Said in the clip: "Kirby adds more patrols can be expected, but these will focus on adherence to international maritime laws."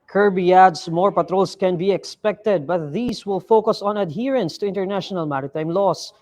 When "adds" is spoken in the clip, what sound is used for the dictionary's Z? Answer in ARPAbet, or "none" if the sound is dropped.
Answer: S